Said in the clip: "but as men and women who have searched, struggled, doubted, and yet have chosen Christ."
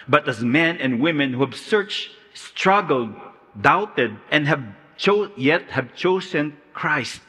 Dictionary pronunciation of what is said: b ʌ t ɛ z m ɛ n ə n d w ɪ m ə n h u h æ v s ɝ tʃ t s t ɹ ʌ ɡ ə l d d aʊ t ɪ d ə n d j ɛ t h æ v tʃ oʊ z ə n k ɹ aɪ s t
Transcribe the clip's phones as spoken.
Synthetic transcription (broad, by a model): b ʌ t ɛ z m ɛ n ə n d w ɪ m ə n h u h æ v s ɝ tʃ t s t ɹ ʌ ɡ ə l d d aʊ t ɪ d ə n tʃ j ɛ t h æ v tʃ oʊ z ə n k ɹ aɪ s t